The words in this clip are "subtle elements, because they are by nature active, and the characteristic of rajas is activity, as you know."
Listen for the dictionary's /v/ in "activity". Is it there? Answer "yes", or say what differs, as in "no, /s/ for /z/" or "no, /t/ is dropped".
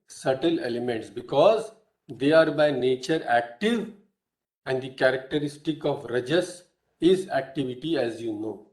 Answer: yes